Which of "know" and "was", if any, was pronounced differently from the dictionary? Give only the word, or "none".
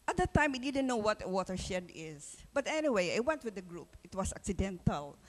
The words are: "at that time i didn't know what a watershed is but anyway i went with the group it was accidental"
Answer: was